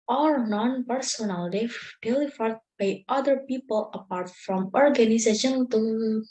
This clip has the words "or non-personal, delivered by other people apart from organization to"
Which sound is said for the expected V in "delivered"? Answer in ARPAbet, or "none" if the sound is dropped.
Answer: F